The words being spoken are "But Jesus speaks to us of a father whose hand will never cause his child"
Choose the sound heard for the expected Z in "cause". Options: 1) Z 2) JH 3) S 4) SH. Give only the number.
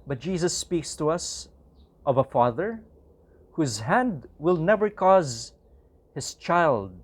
1